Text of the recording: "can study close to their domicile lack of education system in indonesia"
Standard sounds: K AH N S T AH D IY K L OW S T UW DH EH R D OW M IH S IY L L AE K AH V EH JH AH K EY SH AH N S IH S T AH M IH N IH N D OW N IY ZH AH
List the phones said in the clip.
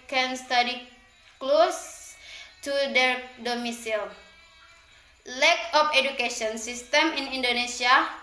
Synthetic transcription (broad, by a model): K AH N S T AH D IY K L OW S T UW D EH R D OW M IH S IY L L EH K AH F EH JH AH K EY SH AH N S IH S T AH M IH N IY N D OW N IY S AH